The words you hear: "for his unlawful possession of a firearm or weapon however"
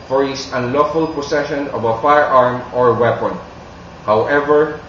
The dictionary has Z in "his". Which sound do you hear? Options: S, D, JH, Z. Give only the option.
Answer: S